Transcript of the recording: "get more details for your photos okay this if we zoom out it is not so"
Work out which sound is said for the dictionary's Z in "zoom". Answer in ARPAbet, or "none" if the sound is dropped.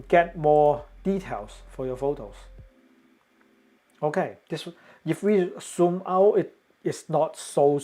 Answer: S